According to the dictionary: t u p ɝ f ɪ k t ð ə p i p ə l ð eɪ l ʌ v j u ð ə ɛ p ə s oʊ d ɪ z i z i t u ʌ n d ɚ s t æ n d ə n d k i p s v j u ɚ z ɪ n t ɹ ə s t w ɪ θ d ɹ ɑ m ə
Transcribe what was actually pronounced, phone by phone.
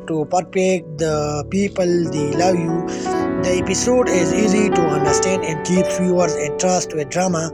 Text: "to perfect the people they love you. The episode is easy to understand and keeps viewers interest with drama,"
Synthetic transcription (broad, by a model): t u p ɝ p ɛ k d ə p i p ə l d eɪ l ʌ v j u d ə ɛ p ə s oʊ d ɪ z i z i t u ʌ n d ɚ s t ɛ n d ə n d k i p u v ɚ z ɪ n t ɹ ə s t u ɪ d ɹ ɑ m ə